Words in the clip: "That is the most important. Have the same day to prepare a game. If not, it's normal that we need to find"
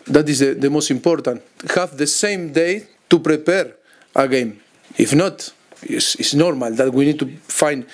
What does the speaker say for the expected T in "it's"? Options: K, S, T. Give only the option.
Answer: S